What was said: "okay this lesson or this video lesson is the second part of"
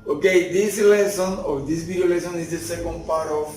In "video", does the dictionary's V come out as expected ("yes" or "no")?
no